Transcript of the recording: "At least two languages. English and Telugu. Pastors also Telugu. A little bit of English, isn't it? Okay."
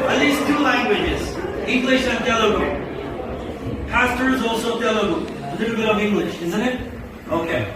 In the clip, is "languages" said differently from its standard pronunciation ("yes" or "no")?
no